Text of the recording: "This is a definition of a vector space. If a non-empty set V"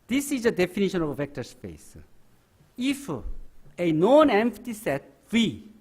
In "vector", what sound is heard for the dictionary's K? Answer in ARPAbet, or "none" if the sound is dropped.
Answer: K